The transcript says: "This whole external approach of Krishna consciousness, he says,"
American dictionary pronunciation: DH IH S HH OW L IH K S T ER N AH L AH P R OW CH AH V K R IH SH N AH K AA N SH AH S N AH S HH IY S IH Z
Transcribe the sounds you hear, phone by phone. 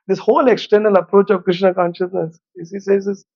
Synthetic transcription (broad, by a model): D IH S HH OW L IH K S T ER N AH L AH P R OW CH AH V K R IH SH N AH K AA N SH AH S N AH S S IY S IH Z